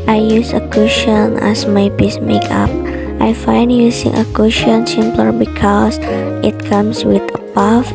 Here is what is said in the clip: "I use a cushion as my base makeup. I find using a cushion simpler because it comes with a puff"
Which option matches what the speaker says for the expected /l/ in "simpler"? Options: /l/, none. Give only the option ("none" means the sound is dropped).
/l/